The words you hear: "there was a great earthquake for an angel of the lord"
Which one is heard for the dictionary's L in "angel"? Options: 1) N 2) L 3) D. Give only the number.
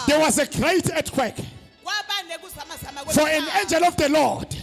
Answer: 2